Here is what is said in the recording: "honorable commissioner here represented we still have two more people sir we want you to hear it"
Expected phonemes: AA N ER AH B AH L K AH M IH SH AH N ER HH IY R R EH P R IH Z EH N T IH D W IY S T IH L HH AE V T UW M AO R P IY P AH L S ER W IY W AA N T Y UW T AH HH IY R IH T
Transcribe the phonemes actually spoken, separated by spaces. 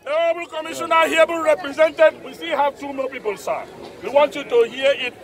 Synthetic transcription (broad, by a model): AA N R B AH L K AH M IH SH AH N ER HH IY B R EH P R IH Z EH N T IH D W IY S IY HH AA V T UW M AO L P IY P AH L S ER W IY W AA N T Y UW T AH HH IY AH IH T